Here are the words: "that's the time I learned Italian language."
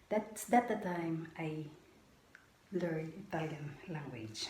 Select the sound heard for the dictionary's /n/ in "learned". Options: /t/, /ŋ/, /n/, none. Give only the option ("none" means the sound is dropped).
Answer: none